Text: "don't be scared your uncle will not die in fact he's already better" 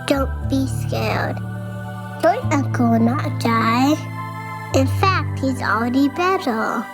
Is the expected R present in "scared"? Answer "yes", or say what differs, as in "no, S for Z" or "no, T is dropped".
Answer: no, L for R